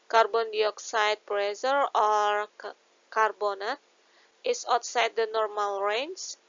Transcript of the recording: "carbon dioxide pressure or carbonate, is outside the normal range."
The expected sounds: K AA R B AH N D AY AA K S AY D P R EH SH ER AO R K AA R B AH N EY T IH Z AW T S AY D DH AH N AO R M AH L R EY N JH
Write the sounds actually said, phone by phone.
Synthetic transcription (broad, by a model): K AA R B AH N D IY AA K S AY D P R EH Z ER AO R K AA R B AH N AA T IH S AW T S AY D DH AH N AO R M AH L R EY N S